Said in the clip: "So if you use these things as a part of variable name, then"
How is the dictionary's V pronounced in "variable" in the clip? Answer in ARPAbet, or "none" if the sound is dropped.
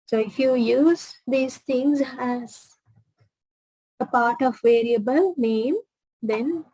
V